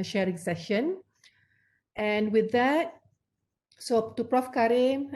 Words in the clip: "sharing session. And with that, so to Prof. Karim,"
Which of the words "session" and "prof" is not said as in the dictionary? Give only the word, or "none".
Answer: none